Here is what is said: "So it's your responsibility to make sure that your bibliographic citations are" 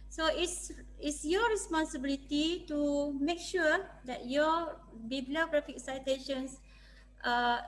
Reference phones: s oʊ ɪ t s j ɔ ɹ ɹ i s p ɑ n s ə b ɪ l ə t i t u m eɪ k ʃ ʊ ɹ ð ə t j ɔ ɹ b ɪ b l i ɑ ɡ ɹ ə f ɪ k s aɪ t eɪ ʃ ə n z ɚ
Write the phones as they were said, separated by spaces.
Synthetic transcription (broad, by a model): s oʊ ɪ s s j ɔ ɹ ɹ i s p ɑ n s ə b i l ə t i t u m eɪ k ʃ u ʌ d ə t j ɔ b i b l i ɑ ɡ ɹ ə f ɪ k s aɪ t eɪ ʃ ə n s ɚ